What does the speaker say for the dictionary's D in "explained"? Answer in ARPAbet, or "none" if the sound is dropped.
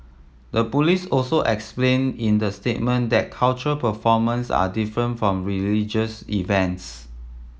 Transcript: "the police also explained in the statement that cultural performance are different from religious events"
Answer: none